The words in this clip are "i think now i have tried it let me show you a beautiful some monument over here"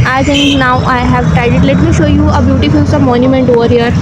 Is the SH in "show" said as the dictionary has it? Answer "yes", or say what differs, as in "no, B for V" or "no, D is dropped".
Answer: yes